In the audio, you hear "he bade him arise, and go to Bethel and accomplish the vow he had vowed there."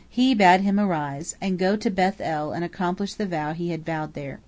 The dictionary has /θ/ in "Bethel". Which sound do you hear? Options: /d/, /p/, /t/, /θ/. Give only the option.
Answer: /θ/